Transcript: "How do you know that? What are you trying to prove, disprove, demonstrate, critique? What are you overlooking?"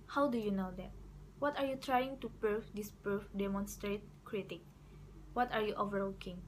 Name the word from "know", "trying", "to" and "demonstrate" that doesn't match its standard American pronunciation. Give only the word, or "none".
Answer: none